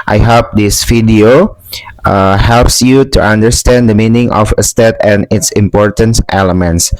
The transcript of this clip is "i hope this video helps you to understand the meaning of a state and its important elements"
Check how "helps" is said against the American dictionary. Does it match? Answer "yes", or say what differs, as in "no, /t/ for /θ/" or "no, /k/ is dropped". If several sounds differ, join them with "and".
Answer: yes